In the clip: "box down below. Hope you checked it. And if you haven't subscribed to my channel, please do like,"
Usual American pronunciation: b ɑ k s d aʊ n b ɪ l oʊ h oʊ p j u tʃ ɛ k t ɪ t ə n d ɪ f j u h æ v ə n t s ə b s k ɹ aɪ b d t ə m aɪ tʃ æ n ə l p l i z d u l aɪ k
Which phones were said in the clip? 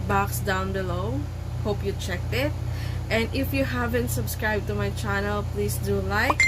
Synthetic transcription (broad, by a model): b ɑ k s d aʊ n b ɪ l oʊ h oʊ p j u tʃ ɛ k t ɪ t ə n d ɪ f j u h æ v ə n t s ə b s k ɹ aɪ b t ə m aɪ tʃ æ n ə l p l i s d u l aɪ k